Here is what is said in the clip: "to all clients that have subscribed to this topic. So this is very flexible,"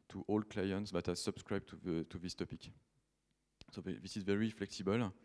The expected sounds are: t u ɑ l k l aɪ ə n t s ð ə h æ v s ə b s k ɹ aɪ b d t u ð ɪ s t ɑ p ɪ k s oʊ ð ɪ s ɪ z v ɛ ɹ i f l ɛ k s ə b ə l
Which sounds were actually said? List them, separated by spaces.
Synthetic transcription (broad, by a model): t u ɑ l k l aɪ ə n t s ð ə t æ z s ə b s k ɹ aɪ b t t u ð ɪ s t ɑ p ɪ k s oʊ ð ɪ s ɪ z v ɛ ɹ i f l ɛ k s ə b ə l